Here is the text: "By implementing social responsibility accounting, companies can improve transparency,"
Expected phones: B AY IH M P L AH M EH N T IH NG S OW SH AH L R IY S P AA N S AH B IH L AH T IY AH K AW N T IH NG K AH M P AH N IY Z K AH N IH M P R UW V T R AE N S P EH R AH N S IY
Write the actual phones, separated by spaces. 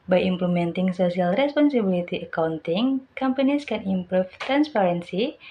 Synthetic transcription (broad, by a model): B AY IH M P L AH M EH N T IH NG S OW S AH L R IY S P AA N S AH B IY L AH T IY AH K AW N T IH NG K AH M P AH N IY S K AH N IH M P R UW F T R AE N S P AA R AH N S IY